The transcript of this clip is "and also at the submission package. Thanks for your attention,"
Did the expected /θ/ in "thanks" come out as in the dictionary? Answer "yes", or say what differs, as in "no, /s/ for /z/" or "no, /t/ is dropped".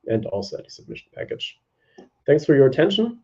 yes